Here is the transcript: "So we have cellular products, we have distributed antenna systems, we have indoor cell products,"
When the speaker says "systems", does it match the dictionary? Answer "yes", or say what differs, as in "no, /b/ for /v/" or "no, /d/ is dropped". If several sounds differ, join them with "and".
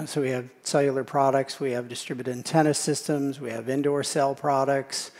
yes